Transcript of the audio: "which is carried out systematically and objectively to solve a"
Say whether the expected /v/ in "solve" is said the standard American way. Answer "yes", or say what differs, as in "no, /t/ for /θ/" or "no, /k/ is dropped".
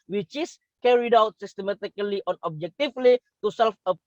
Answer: no, /f/ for /v/